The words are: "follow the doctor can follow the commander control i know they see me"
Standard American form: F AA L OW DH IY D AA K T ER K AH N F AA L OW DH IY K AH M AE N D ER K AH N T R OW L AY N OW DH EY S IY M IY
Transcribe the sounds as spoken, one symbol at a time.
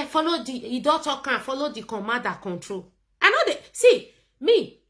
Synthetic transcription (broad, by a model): F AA L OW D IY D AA T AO K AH F AA L OW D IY K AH M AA D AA K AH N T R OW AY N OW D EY S IY M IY